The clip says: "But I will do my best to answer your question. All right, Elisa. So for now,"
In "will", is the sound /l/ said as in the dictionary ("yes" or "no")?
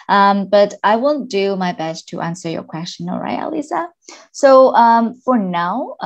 no